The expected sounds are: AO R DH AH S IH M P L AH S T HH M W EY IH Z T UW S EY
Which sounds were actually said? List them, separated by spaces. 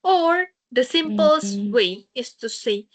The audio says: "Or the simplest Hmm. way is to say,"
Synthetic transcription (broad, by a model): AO R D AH S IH M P AH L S W EY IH S T UW S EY